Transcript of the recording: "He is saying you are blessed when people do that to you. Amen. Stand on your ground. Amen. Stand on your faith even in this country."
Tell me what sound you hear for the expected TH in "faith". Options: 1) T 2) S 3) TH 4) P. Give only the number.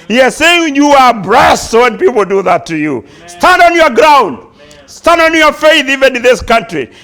3